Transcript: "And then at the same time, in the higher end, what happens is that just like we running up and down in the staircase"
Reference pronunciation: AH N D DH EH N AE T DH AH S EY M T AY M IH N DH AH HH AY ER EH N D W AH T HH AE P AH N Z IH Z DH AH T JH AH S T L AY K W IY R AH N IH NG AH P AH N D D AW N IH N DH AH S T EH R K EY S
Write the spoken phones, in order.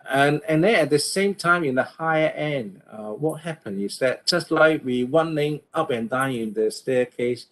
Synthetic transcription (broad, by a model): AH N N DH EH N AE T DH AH S EY M T AY M IH N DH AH HH AY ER EH N D W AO T HH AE P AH N IH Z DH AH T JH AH S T L AY K W IY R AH N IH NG AH P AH N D D AW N IH N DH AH S T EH K EY S